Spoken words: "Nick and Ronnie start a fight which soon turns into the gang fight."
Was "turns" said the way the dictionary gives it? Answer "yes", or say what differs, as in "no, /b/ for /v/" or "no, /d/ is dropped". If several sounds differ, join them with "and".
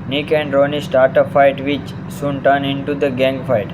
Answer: no, /z/ is dropped